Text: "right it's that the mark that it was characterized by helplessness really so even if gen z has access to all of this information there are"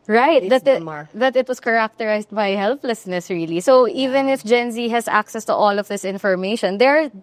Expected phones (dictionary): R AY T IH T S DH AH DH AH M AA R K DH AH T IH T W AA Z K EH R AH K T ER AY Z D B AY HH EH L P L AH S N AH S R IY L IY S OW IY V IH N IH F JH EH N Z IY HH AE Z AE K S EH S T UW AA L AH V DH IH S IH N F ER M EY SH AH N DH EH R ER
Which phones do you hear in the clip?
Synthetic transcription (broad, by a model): R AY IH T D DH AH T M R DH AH T IH T W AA S K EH R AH K T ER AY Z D B AY HH EH L P L AH S N AH S R IY L IY S OW IY V IH N IH F JH EH N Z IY HH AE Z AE K S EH S T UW AA L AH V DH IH S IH N F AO M EY SH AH N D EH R